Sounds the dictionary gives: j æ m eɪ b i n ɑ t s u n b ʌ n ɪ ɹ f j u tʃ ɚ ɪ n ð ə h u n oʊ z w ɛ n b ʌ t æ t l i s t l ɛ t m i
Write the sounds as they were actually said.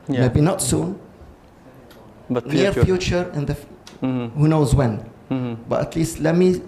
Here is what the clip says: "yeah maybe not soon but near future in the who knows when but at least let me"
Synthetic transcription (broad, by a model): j m eɪ b i n ɑ t s u n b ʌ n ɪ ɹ f j u tʃ ɚ ɪ n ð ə h u n oʊ z w ɛ n b ʌ t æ t l i s t l ɛ t m i